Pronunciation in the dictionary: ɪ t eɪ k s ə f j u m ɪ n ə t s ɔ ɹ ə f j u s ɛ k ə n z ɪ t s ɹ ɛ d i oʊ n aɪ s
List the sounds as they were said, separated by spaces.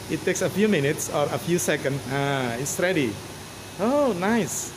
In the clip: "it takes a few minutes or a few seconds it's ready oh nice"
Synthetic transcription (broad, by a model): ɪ t eɪ k s ə f j u m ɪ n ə t s ɔ ɹ ə f j u s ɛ k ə n s ɪ t s ɹ ɛ d i oʊ n aɪ s